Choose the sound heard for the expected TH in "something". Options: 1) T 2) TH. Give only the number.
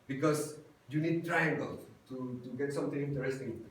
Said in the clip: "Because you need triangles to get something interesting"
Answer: 1